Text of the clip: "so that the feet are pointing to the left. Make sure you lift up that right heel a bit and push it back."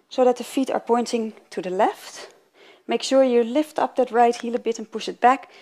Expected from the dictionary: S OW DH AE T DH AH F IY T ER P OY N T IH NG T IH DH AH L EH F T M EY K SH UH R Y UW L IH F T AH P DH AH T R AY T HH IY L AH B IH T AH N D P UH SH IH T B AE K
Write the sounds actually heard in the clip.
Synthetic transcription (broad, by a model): S OW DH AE T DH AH F IY T ER P OY N T IH NG T IH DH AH L EH F T M EY K SH UH R Y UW L IH F T AH P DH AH T R AY T HH IY L AH B IH T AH N P UH SH IH T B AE K